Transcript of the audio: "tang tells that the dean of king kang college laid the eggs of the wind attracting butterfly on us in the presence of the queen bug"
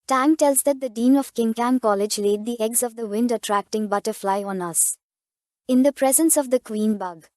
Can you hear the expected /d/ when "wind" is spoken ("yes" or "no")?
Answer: yes